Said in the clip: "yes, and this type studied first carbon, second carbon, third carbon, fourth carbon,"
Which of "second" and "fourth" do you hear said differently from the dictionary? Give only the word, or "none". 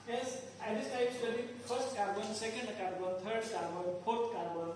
fourth